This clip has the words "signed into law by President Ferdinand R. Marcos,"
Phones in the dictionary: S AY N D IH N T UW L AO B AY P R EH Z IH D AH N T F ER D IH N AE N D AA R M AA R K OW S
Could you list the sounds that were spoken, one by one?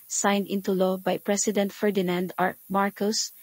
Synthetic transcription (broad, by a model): S AY N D IH N T UW L AO B AY P R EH S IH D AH N T F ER D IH N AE N D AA R M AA R K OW S